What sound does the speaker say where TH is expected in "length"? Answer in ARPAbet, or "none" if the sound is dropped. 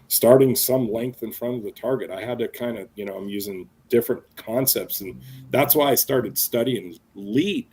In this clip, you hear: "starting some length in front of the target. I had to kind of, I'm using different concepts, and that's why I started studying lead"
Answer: TH